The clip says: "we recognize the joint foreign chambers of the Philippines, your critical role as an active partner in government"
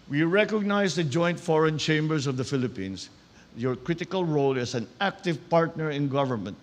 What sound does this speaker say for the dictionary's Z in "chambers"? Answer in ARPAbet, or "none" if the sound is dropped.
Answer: S